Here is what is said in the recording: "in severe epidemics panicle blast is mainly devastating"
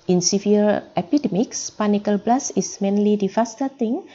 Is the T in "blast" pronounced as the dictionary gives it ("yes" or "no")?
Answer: no